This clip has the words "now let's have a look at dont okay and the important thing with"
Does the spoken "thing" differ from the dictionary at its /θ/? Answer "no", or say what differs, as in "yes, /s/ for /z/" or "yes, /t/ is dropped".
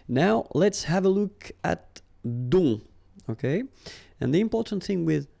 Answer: no